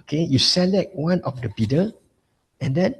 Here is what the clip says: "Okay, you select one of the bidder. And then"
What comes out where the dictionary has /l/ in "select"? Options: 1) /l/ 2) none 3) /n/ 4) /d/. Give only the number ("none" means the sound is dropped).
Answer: 1